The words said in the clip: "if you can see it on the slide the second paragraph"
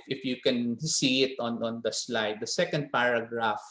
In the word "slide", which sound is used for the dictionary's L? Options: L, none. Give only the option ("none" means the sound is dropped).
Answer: L